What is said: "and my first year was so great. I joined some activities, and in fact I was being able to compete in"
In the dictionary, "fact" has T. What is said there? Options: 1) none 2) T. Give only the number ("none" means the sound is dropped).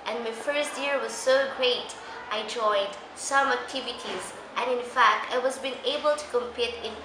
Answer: 2